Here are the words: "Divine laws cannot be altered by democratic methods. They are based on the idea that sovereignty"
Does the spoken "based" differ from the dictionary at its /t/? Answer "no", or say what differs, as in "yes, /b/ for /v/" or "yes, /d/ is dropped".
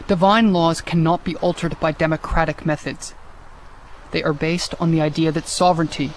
no